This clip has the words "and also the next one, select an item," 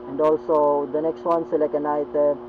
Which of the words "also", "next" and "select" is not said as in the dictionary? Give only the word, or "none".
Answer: select